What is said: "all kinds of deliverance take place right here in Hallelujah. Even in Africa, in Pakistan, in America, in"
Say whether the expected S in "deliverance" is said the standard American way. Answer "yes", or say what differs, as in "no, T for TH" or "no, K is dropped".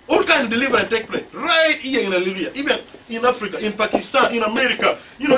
no, S is dropped